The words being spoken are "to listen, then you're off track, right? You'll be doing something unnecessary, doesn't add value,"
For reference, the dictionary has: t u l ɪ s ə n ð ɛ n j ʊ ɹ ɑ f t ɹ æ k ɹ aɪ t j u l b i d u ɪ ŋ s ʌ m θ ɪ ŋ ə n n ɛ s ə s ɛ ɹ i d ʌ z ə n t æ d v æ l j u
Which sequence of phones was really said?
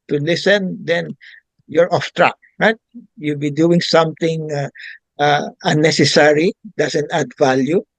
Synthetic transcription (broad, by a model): t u l ɪ s ə n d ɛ n j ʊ ɹ ɑ f t ɹ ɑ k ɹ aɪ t j u l b i d u ɪ ŋ s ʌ m t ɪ ŋ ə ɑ n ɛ s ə s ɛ ɹ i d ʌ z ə n t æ d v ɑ l j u